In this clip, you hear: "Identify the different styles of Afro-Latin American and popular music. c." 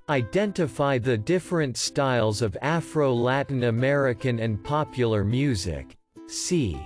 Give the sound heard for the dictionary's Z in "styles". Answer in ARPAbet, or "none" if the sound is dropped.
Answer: Z